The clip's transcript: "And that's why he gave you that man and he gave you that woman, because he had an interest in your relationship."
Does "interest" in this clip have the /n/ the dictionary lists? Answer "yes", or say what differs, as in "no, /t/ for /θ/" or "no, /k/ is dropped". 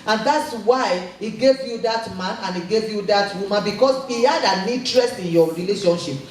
no, /n/ is dropped